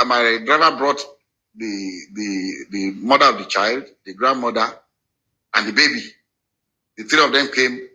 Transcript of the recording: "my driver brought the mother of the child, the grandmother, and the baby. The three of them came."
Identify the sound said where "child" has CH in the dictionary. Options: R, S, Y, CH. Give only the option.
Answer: CH